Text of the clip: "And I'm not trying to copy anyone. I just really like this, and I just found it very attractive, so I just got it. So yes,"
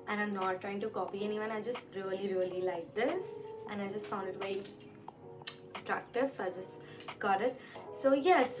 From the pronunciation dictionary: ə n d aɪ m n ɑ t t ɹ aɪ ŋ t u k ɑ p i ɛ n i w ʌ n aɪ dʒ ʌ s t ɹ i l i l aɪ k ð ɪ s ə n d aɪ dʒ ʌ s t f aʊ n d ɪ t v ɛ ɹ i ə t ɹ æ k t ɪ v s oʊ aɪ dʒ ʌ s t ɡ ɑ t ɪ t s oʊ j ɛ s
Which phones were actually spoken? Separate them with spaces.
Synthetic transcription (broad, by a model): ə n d aɪ m n ɑ t t ɹ aɪ ŋ t u k ɑ p i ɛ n i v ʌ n aɪ dʒ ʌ s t ɹ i l i l aɪ k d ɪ s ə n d aɪ dʒ ʌ s t f aʊ n d ɪ t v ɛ i ə t ɹ æ k t ɪ v s oʊ aɪ dʒ ʌ s t ɡ ɑ t ɪ t s oʊ j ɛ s